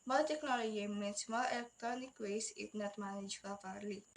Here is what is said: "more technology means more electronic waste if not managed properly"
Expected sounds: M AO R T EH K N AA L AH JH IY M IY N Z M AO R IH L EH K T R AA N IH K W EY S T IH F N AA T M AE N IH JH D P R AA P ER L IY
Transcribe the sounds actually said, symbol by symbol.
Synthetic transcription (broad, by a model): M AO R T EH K N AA L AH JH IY M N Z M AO IH L EH K T R AA N IH K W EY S IH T N AA T M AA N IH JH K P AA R L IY